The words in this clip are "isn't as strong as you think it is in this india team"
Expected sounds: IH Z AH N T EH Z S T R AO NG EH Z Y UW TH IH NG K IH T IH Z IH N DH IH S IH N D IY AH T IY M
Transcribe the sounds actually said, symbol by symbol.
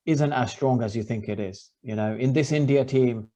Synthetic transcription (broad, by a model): IH Z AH N T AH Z S T R AO NG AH Z Y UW TH IH NG K IH T IH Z IH N DH IH S IH N D IY AH T IY M